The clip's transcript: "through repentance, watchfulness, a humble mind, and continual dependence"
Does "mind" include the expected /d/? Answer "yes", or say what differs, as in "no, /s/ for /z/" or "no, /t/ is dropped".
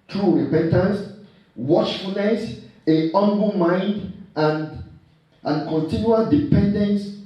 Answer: yes